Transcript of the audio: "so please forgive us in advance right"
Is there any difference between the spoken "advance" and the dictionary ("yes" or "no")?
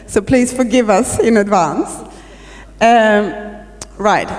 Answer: no